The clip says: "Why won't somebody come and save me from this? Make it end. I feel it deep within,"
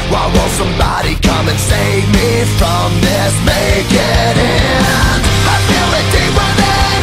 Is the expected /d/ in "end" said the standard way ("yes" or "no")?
no